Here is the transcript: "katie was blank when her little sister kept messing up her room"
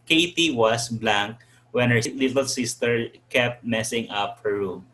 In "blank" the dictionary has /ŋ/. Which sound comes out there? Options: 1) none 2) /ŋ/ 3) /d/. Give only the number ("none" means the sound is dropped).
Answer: 2